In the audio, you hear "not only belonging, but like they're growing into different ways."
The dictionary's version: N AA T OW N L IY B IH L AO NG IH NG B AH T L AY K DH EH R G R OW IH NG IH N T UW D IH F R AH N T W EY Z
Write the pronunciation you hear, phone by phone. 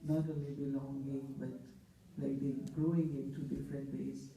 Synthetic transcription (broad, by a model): N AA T OW N L IY B IH L AO NG IH NG B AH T L AY K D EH G R OW IH NG IH N T UW D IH F R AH N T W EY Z